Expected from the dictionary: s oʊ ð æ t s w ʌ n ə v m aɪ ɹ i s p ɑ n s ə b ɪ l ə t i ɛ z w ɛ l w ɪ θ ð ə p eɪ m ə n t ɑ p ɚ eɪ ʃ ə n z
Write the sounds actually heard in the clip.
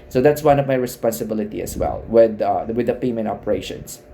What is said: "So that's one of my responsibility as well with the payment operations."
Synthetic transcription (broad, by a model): s oʊ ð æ t s w ʌ n ə v m aɪ ɹ i s p ɑ n s ə b ɪ l ə t i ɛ s w ɛ l w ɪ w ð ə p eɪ m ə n ɑ p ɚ eɪ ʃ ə n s